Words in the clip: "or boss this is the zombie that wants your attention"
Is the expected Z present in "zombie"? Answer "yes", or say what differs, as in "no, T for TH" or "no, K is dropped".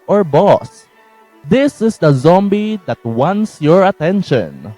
yes